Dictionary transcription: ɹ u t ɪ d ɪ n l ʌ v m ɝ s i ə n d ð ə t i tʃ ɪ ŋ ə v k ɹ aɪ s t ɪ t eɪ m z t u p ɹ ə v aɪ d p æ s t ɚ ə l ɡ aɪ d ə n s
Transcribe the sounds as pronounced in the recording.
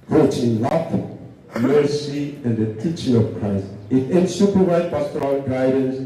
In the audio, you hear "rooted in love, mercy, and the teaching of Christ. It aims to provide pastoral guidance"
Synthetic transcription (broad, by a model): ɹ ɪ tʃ ɪ n l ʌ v m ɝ s i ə n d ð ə t i tʃ ɪ ŋ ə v k ɹ aɪ s t ɪ t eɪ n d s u p ə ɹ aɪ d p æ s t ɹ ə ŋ ɡ aɪ d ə n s